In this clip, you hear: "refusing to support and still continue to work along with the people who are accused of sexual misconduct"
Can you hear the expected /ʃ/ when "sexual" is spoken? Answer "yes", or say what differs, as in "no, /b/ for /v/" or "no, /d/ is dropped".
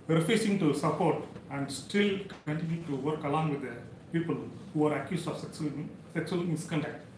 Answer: no, /s/ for /ʃ/